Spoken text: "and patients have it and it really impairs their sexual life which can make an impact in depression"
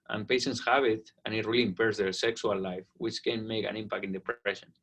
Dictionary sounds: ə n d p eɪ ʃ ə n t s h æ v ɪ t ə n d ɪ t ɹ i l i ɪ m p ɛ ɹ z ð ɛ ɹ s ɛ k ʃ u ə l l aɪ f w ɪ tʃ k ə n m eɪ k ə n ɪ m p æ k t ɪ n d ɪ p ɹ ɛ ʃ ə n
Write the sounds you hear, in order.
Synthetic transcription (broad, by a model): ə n p eɪ ʃ ə n t s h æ b ɪ t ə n ɪ t ɹ i l i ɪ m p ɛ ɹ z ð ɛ ɹ s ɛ k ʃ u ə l l aɪ f w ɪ tʃ k ə n m eɪ k ə n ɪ m p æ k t ɪ n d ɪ p ɹ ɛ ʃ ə n